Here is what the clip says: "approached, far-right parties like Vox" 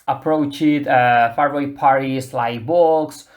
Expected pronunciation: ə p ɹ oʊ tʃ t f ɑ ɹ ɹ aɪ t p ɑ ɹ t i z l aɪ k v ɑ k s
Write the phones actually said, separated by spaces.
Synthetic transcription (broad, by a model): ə p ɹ oʊ tʃ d f ɑ ɹ w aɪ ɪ p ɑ ɹ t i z l aɪ k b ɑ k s